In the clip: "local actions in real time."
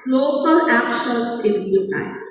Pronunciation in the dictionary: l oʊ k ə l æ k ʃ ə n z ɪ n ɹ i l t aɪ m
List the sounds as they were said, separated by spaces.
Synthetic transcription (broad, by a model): l oʊ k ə l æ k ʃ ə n s ɪ n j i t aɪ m